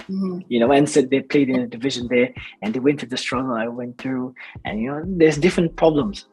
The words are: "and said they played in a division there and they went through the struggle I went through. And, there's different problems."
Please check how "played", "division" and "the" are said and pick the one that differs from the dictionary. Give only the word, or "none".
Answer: none